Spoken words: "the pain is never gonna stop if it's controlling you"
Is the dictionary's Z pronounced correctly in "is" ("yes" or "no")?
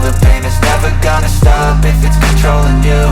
no